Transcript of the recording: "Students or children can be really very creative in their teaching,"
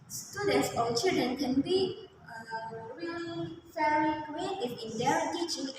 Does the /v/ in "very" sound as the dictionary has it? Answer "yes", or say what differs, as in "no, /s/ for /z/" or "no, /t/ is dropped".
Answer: no, /f/ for /v/